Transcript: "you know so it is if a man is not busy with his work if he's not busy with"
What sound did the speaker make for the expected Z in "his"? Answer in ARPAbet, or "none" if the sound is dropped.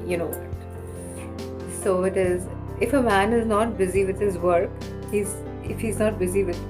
Z